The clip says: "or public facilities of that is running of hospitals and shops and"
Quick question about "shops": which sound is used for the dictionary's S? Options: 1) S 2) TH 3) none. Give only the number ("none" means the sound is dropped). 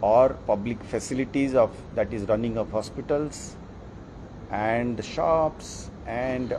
1